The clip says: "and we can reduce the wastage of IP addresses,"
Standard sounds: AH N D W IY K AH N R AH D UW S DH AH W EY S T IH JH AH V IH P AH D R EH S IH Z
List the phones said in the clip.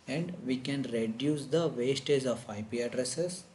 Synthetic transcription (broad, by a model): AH N D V IY K AH N R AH D UW S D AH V EY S T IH Z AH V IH P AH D R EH S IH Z